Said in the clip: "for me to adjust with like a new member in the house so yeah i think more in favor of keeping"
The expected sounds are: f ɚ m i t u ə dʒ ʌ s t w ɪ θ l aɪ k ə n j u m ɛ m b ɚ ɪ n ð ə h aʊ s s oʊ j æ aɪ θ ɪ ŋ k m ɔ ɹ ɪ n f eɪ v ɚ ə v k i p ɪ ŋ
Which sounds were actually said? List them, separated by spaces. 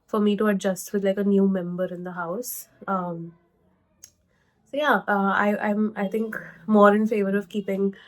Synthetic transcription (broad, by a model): f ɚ m i t u ə dʒ ʌ s t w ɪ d l aɪ k ə n j u m ɛ m b ɚ ɪ n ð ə h aʊ s s oʊ j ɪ aɪ t ɪ ŋ k m ɔ ɹ ɪ n f eɪ v ɚ ə v k i p ɪ ŋ